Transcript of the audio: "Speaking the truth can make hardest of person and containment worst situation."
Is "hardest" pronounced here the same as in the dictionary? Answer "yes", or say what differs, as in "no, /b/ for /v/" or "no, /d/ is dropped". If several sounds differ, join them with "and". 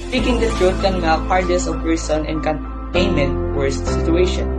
no, /t/ is dropped